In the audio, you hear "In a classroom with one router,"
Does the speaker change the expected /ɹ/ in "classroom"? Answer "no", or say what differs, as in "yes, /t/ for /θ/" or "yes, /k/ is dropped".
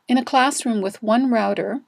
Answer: no